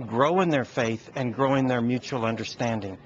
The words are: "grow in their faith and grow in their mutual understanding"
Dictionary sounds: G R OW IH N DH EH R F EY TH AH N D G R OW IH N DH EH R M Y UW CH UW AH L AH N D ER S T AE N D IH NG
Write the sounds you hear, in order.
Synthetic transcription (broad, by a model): G R OW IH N DH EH R F EY TH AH N G R OW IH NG DH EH R M Y UW CH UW L AH N D ER S T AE N D IH NG